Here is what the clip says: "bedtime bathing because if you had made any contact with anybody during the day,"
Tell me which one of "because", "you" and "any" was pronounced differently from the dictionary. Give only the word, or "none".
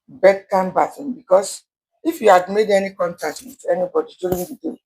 because